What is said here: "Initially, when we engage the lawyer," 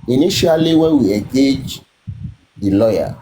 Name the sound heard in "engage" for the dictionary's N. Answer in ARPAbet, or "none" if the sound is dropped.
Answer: none